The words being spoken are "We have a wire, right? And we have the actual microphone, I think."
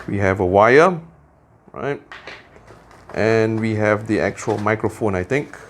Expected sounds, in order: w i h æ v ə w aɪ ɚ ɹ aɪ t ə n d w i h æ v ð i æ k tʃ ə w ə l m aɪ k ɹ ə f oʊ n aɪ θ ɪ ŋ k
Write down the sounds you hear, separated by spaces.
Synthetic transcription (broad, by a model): w i h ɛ v ə w aɪ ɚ ɹ aɪ t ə n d w i h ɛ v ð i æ k tʃ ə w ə l m aɪ k ɹ ə f oʊ n aɪ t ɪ ŋ k